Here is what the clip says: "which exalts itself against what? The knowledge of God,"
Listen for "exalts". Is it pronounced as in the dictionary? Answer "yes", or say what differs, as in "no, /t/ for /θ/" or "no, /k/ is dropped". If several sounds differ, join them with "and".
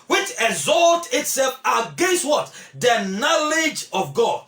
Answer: no, /s/ is dropped